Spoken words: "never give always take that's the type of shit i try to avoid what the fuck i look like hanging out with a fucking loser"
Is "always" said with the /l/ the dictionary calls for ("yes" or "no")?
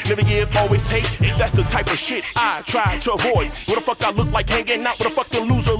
yes